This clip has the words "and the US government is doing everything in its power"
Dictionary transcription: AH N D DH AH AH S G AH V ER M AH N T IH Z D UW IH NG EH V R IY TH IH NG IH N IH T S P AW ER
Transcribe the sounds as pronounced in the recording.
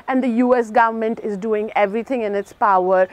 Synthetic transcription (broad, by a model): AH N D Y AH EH S G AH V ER M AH N T IH Z D UW IH NG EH V R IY T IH NG IH N IH T S P AW ER